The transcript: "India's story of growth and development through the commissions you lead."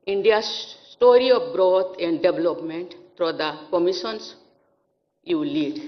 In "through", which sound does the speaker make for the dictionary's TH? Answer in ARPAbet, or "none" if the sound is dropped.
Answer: F